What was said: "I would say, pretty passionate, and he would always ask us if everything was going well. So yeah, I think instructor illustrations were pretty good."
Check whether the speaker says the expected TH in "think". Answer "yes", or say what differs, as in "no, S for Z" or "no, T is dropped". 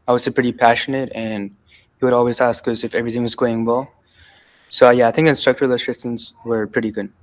yes